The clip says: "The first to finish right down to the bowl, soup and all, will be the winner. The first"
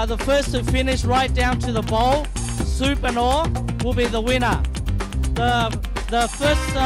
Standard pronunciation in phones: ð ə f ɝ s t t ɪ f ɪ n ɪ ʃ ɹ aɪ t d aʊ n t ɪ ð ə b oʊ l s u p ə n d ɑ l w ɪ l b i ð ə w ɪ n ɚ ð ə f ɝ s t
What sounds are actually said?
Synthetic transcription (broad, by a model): ð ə f ɝ s t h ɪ f ɪ n ɪ ʃ ɹ aɪ t d aʊ n t ɪ ð ə b oʊ l s u p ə n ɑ w ɪ l b i ð ə w ɪ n ɚ ð ə f ɝ s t